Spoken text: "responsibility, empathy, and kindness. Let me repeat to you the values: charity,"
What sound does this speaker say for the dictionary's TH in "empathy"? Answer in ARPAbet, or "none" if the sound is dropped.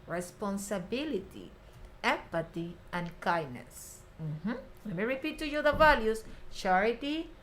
T